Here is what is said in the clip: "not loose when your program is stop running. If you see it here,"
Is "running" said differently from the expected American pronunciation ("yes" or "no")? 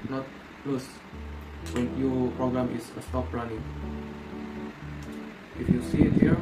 yes